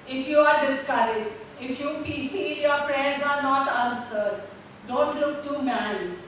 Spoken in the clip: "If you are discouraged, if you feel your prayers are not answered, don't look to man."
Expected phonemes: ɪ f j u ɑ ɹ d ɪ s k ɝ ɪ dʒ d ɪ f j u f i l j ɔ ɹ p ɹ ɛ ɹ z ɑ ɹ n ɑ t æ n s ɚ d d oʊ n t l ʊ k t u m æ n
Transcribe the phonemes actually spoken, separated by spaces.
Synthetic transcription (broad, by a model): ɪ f j u ɑ ɹ d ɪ s k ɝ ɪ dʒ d ɪ f j u p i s j ɔ ɹ p ɹ ɛ ɹ z ɑ ɹ n ɑ t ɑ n s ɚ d d oʊ n t l ʊ k t u m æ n